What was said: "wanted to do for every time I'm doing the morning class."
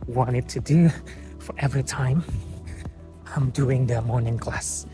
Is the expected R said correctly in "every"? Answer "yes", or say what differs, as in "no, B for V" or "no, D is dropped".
yes